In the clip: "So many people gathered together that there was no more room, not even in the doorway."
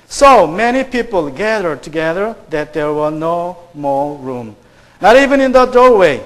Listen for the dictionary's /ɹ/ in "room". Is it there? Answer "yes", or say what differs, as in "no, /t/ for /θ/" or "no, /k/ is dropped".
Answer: yes